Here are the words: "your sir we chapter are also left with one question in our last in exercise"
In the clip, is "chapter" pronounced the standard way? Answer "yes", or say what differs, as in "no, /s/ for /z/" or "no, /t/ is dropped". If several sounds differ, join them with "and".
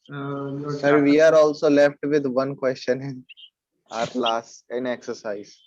no, /p/ is dropped